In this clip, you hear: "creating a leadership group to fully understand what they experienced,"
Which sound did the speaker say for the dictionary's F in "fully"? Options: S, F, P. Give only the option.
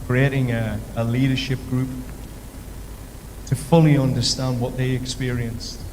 F